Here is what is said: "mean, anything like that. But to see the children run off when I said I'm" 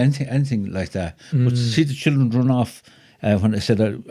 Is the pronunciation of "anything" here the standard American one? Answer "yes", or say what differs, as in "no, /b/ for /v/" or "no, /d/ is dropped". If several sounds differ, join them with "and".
yes